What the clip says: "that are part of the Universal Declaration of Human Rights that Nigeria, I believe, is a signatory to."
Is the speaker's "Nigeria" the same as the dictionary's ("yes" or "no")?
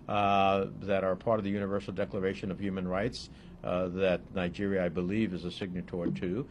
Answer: yes